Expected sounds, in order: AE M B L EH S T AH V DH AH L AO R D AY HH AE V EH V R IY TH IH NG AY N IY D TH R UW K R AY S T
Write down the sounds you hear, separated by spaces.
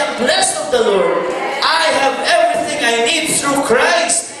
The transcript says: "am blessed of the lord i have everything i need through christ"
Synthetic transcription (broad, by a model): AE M B L EH S T AH V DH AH L AO R D AY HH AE V EH V R IY TH IH NG AY N IY D TH R UW K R AY S T